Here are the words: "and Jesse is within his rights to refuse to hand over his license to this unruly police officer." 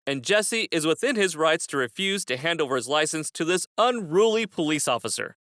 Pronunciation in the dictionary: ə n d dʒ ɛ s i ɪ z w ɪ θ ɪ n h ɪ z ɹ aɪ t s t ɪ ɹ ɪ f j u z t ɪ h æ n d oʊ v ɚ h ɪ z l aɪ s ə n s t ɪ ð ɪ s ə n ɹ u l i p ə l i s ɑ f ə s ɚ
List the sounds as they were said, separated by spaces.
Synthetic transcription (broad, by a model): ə n dʒ ɛ s i ɪ z w ɪ θ ɪ n ɪ z ɹ aɪ t s t ɪ ɹ ɪ f j u z t ɪ h æ n d oʊ v ɚ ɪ z l aɪ s ə n s t ɪ ð ɪ s ə n ɹ u l i p ə l i s ɑ f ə s ɚ